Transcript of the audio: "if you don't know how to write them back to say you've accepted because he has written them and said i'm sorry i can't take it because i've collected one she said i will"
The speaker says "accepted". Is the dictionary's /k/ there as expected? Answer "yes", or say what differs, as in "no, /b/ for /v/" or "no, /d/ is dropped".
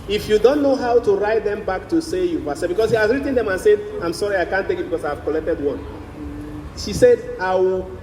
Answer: no, /k/ is dropped